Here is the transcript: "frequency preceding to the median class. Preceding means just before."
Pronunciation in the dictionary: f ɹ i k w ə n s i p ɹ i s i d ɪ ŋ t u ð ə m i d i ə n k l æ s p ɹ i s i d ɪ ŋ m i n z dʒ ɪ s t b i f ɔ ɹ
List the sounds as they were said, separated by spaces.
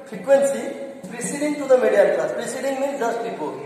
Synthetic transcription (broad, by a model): f ɹ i k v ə n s i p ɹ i s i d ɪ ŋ t u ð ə m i d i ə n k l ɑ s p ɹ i s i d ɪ ŋ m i z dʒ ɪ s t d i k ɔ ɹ